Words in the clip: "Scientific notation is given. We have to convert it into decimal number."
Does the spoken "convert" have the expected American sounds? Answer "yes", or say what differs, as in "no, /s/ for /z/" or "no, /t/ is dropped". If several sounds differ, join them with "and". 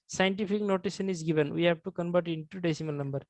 no, /b/ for /v/